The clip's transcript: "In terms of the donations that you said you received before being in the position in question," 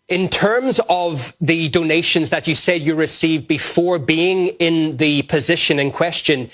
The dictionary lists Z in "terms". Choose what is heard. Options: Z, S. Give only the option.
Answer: Z